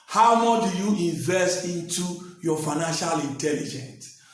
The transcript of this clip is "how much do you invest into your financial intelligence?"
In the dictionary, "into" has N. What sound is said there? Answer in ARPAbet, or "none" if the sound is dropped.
N